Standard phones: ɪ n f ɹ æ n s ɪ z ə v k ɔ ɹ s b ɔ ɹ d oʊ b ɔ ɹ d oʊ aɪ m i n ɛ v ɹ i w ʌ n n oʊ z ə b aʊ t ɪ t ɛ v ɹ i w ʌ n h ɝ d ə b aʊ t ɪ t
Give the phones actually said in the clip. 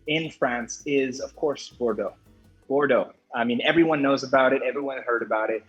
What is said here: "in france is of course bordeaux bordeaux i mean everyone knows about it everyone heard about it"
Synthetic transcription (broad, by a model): ɪ n f ɹ æ n s ɪ z ə v k ɔ ɹ s b ɔ ɹ d oʊ b ɔ ɹ d oʊ aɪ m i n ɛ v ɹ i w ʌ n n oʊ z ə b aʊ t ɪ t ɛ v ɹ i w ʌ n h ɝ d ə b aʊ t ɪ t